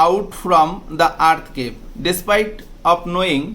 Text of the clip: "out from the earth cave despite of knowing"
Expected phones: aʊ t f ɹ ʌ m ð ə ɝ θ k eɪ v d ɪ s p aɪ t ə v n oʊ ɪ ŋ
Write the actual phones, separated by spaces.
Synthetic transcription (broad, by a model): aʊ t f ɹ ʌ m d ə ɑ t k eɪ p d ɪ s p aɪ t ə p n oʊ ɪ ŋ